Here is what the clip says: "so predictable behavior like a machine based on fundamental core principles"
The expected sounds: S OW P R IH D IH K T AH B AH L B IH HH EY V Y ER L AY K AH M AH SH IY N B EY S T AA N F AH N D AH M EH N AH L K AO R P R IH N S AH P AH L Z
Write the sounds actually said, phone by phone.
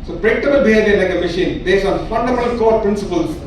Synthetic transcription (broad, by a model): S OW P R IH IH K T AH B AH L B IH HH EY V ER N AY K AH M AH SH IY N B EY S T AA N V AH N D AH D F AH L K AO R P R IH N S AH P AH L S